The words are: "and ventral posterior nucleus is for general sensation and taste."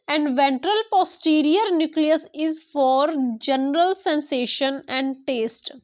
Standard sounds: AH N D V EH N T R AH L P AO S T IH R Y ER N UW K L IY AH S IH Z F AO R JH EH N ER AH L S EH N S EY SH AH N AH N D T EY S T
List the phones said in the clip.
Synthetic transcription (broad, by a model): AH N D V EH N T R AH L P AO S T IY R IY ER N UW K L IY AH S IH Z F AO R JH EH N ER AH L S EH N S EY SH AH N AH N D T EY S T